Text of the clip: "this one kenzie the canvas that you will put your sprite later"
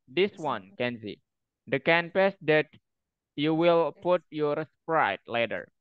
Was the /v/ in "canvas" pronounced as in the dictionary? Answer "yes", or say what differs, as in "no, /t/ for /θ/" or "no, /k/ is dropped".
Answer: no, /p/ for /v/